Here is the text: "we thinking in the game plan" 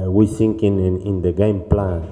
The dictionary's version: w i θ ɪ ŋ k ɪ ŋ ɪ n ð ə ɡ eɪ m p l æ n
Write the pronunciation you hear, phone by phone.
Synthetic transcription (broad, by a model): w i s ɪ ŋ k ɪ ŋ ɪ n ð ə ɡ eɪ m p l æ n